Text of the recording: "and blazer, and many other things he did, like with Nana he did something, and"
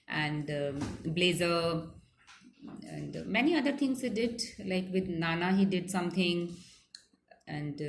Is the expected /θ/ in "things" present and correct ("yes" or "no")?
no